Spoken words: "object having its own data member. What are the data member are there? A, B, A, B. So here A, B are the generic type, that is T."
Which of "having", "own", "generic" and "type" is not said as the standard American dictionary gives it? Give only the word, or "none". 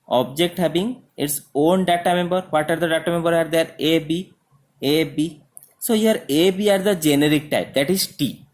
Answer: having